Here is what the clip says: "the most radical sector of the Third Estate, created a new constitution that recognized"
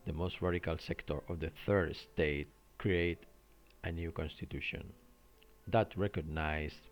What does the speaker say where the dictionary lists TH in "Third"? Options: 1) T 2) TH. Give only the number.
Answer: 2